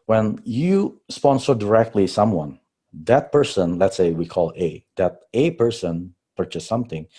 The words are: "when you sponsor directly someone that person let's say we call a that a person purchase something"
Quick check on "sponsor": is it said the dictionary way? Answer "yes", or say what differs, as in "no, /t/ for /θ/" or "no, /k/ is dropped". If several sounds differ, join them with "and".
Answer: yes